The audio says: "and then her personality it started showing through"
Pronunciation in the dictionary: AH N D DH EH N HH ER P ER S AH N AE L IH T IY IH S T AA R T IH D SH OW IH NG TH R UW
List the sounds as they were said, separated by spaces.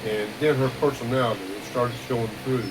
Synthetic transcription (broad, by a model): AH N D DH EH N HH ER P ER S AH N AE L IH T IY IH S T AA R T IH D S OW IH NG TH R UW